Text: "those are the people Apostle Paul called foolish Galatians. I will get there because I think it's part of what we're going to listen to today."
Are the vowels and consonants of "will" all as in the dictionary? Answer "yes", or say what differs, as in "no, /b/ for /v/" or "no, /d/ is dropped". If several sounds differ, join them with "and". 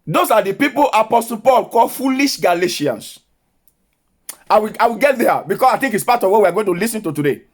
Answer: no, /w/ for /l/